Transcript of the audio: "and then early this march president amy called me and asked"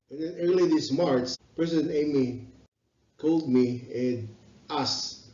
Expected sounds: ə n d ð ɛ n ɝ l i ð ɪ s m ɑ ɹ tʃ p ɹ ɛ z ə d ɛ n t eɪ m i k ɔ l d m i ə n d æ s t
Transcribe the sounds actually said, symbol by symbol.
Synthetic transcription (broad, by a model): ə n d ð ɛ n ɝ l i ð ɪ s m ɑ ɹ s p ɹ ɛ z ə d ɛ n eɪ m i k ɔ l d m i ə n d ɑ s